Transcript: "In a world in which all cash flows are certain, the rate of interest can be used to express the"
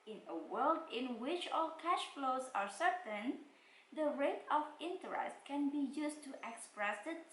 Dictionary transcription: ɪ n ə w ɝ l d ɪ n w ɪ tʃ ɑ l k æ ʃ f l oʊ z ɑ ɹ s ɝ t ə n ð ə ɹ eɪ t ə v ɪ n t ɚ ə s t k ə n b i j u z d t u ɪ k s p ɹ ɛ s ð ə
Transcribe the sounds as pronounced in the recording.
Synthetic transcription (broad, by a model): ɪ n ə w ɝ l d ɪ n w ɪ tʃ ɑ l k æ ʃ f l oʊ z ɑ ɹ s ɝ t ə n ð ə ɹ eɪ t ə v ɪ n t ɚ ə s t k ə n b i j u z t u ɪ k s p ɹ ɛ s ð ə